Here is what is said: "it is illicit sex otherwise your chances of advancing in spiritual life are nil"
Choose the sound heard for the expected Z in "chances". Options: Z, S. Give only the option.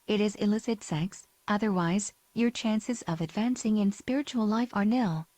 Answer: Z